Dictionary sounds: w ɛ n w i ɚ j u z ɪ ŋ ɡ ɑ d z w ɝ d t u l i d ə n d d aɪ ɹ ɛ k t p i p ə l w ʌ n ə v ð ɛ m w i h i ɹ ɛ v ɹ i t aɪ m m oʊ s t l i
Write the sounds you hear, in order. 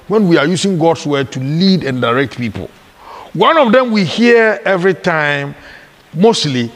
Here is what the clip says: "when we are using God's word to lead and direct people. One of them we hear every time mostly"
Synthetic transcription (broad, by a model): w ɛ n w i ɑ j u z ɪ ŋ ɡ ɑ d s w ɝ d t u l i d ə n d d aɪ ɹ ɛ k t p i p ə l w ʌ n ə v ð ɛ m w i h i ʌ ɛ v ɹ i t aɪ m m oʊ s t l i